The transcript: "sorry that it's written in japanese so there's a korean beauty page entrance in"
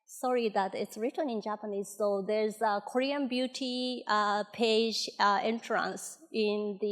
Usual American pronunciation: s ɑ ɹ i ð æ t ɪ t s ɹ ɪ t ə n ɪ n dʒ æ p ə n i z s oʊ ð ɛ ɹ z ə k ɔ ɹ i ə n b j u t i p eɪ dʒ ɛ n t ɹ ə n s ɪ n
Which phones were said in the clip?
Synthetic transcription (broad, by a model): s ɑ ɹ i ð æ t ɪ t s ɹ ɪ t ə n ɪ n dʒ æ p ə n i z s oʊ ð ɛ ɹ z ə k ɔ ɹ i ə n b j u t i p eɪ dʒ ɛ n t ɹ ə n s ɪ n